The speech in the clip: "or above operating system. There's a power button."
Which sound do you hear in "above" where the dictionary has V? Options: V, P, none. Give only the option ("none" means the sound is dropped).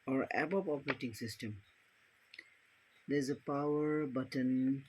P